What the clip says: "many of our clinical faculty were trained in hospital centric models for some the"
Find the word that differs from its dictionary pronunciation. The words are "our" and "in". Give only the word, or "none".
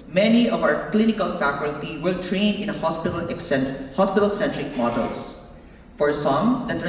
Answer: in